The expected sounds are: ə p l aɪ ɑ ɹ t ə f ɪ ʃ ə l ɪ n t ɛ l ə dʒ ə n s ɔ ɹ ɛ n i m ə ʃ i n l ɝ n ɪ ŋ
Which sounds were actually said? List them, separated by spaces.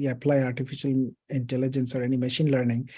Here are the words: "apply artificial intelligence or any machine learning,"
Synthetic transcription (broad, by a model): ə p l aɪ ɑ ɹ t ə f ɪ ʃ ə l ɪ n t ɛ l ə dʒ ə n s ɔ ɹ ɛ n i m ə ʃ i n l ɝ n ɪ ŋ